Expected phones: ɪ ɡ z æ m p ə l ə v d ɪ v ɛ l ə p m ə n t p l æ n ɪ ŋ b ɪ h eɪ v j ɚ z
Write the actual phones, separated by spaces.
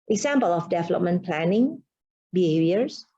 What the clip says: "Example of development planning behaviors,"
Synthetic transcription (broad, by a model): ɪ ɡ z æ m p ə l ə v d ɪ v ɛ l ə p m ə n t p l æ n ɪ ŋ b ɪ h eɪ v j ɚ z